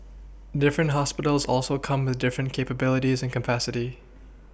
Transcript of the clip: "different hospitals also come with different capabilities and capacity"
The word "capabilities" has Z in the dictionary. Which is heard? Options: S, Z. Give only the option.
Z